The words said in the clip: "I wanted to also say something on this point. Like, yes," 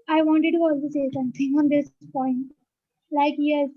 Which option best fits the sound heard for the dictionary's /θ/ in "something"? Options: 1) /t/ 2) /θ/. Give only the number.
1